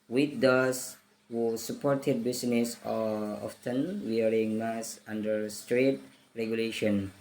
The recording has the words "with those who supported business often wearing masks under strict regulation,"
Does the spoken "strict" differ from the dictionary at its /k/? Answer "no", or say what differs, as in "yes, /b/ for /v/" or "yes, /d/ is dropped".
yes, /k/ is dropped